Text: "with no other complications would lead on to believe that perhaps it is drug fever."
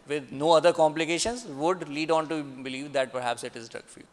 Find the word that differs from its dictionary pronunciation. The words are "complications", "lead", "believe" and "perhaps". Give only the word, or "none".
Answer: none